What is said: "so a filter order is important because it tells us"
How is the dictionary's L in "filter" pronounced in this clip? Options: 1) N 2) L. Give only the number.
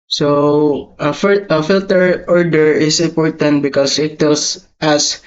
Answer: 2